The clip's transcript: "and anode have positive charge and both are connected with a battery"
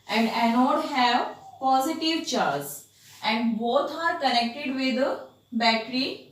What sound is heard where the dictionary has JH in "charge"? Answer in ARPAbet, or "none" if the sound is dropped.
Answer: Z